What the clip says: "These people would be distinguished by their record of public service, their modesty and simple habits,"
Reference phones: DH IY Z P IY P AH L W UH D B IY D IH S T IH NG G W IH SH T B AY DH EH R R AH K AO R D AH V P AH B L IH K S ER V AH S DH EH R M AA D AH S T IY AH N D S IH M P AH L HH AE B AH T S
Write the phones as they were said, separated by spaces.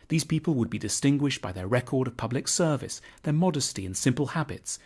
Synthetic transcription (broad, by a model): DH IY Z P IY P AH L W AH D B IY D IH S T IH NG G W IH SH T B AY DH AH R R AH K AO R D AH V P AH B L IH K S ER V AH S DH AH R M AA D AH S T IY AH N S IH M P AH L HH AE B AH T S